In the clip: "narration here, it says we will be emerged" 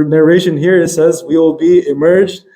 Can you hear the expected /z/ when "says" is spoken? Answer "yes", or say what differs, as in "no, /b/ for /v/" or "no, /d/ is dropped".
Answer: yes